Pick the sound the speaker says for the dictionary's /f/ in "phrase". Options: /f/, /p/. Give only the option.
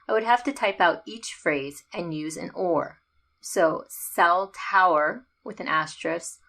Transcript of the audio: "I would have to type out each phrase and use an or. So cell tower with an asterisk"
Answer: /f/